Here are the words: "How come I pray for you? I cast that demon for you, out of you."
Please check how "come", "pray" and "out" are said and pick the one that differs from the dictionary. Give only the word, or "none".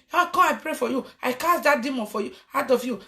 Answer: come